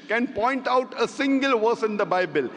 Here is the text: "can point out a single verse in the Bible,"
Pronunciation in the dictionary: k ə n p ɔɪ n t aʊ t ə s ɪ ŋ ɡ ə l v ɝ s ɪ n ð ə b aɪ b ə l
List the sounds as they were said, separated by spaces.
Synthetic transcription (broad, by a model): k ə n p ɔɪ n t aʊ t ə s ɪ ŋ ɡ ə l v ɝ s ɪ n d ə b aɪ b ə l